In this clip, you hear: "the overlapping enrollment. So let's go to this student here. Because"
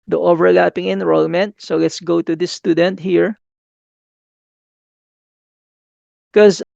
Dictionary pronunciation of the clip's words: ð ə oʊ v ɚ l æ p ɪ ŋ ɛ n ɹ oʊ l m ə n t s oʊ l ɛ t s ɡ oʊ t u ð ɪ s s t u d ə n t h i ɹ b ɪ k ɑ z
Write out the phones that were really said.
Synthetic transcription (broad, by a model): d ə oʊ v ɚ l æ p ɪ ŋ ɛ n ɹ oʊ l m ə n t s oʊ l ɛ t s ɡ oʊ t u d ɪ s s t u d ə n t h i ɹ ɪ k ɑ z